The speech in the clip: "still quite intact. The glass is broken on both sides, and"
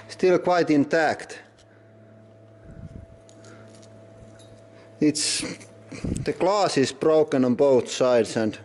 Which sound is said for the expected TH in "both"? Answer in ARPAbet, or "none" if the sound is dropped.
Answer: TH